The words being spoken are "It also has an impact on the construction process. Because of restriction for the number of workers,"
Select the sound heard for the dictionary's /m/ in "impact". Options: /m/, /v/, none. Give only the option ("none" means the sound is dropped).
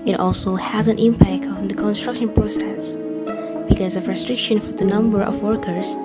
/m/